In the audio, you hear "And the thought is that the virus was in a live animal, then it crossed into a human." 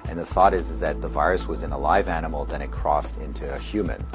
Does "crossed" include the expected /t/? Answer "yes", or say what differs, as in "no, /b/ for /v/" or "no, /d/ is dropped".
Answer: yes